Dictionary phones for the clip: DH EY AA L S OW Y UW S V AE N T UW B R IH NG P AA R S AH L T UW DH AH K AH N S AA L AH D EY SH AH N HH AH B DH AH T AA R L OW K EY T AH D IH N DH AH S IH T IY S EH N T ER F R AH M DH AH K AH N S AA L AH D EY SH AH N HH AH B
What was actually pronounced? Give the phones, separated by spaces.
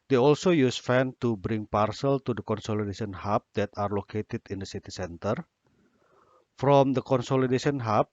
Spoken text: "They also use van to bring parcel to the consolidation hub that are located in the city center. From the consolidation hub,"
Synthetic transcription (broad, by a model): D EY AA L S OW Y UW S F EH N T UW B R IH NG P AA R S AH L T UW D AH K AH N S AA L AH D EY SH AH N HH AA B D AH T AA R L OW K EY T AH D IH N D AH S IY T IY S EH N T ER F R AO M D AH K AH N S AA L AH D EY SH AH N HH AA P